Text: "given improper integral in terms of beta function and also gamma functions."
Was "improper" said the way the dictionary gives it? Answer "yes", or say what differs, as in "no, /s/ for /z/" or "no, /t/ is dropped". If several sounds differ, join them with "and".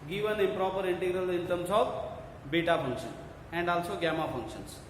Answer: no, /m/ is dropped